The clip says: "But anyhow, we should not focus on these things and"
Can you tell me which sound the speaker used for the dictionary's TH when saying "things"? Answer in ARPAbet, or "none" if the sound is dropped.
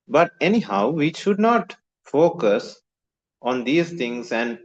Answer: T